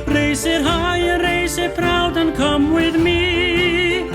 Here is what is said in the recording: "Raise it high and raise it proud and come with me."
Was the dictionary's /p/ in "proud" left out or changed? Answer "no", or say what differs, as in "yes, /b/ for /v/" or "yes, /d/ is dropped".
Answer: yes, /f/ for /p/